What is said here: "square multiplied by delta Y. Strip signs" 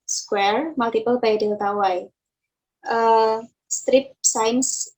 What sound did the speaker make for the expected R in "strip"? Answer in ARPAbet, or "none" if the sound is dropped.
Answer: R